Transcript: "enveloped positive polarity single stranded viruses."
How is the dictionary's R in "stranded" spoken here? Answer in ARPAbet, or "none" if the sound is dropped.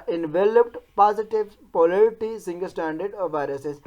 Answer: none